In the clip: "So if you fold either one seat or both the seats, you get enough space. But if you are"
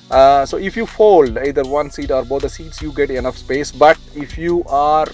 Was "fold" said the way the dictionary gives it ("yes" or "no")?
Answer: yes